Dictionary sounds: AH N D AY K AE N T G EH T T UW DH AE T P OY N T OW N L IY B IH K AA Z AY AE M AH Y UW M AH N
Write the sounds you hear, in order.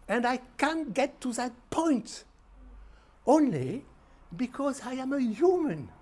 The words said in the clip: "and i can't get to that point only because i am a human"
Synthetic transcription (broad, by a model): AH N D AY K AE N T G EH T T UW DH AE T P OY N T OW N L IY B IH K AA Z AY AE M AH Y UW M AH N